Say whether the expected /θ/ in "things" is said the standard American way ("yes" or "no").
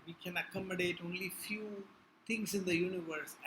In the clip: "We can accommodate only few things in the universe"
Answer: no